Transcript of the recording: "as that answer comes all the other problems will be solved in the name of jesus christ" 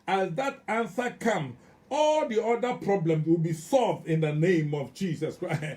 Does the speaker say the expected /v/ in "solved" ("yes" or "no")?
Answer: yes